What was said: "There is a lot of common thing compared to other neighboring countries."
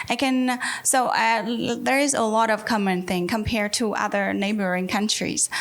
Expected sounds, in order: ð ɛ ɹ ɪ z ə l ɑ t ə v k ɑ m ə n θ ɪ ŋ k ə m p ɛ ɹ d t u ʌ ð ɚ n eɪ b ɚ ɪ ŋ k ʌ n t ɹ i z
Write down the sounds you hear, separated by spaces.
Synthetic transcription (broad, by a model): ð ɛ ɹ ɪ z ə l ɑ t ə v k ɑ m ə n θ ɪ ŋ k ə m p ɛ ɹ d t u ʌ ð ɚ n eɪ b ɚ ɪ ŋ k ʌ n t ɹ i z